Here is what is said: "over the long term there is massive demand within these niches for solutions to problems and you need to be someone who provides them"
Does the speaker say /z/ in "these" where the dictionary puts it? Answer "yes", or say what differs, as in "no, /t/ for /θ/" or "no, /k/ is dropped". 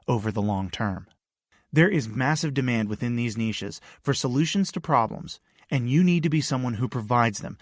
yes